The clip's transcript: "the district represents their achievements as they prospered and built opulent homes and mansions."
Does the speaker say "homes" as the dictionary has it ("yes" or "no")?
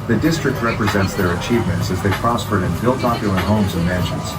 yes